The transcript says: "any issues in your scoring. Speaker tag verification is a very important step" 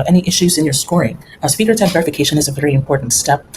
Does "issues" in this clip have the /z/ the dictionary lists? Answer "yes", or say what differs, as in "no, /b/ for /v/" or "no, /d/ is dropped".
yes